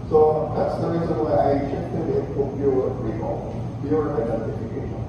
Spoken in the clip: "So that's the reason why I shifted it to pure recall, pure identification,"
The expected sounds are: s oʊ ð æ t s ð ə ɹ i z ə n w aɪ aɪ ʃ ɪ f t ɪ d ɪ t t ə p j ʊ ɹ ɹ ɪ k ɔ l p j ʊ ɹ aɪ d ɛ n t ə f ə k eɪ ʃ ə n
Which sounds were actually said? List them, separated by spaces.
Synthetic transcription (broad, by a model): s oʊ ð æ t s ð ə ɹ i z ə n w aɪ aɪ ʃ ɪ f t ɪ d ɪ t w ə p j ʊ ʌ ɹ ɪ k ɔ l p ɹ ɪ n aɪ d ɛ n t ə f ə k eɪ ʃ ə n